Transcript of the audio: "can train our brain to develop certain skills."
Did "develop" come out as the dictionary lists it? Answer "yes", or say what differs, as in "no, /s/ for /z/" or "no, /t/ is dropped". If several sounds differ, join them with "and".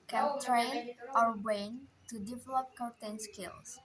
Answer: yes